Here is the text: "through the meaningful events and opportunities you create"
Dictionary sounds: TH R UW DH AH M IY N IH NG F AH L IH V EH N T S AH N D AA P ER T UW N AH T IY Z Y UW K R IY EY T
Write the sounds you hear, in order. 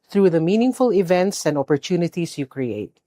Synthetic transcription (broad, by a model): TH R UW DH AH M IY N IH NG F AH L IH V EH N T S AH N D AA P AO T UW N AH T IY S Y UW K R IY EY T